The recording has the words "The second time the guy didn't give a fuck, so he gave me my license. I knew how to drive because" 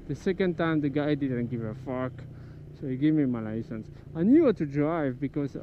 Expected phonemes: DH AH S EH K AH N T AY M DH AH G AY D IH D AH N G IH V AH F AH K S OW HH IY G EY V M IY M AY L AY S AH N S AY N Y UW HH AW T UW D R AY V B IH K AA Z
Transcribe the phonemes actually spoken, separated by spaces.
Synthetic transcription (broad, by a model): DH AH S EH K AH N T AY M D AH G AY D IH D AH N G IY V AH F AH K S OW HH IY G EY V M IY M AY L AY S AH N S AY N Y UW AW T UW D R AY V B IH K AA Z